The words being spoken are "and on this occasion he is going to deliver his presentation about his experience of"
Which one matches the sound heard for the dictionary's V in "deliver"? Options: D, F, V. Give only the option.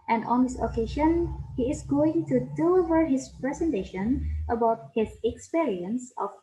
V